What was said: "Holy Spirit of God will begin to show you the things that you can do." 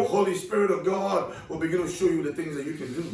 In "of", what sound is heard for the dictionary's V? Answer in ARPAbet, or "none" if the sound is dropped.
V